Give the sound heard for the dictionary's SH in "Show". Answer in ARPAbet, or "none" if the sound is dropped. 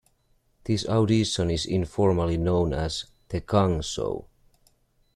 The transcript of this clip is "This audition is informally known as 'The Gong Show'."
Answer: S